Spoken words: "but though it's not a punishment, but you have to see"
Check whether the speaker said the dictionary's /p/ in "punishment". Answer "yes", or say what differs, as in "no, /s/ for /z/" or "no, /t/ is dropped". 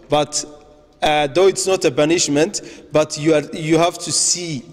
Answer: no, /b/ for /p/